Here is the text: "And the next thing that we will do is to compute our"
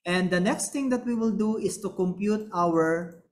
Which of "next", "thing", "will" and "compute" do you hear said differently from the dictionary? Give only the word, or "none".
thing